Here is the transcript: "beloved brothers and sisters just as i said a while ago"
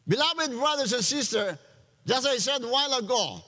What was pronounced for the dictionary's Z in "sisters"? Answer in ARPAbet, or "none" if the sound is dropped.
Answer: none